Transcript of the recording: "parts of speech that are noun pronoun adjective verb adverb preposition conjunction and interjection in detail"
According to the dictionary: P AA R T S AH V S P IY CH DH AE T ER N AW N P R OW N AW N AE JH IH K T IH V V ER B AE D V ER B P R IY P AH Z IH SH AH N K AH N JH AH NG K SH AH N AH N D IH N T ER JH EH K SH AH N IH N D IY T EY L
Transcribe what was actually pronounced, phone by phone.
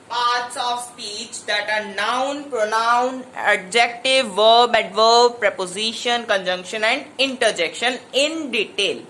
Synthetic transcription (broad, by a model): P AA R T S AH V S P IY CH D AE T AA N AW N P R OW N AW N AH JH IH K T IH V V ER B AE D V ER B P R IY P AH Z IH SH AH N K AH N JH AH NG K SH AH N AH N D IH N T ER JH EH K SH AH N IH N D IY T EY L